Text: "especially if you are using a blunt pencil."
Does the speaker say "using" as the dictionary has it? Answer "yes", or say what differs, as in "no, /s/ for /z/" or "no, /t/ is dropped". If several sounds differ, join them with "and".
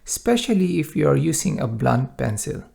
no, /s/ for /z/